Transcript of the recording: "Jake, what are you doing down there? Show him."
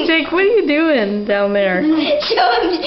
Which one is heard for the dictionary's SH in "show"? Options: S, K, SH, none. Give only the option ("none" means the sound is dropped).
S